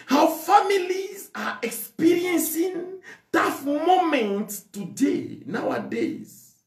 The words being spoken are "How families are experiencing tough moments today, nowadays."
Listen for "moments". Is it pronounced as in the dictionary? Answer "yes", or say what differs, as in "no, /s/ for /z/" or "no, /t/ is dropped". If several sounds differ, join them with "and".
no, /s/ is dropped